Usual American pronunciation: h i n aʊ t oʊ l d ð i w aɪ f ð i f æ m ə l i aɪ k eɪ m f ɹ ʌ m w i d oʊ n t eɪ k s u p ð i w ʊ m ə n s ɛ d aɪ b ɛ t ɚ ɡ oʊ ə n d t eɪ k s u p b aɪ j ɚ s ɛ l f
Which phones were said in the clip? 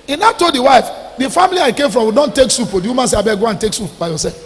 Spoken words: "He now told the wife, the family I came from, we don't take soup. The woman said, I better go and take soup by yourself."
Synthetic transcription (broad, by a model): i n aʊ t oʊ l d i w aɪ f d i f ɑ m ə l i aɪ k eɪ m f ɹ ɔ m w i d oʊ n t eɪ k s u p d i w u m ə n s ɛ aɪ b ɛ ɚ ɡ oʊ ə n t eɪ k s u p b aɪ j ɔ s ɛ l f